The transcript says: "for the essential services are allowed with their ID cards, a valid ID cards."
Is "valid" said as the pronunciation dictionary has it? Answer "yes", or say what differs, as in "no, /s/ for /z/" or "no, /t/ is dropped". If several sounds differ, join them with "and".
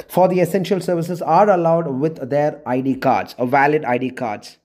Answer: yes